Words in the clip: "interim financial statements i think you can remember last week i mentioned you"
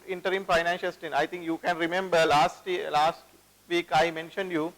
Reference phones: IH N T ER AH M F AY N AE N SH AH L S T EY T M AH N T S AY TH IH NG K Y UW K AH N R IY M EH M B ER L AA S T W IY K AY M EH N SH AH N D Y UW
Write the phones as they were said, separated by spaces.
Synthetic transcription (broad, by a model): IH N T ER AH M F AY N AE N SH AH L S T T AH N AY T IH NG K Y UW K AH N R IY M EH M B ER L AA S T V IY K AY M EH N SH AH N D Y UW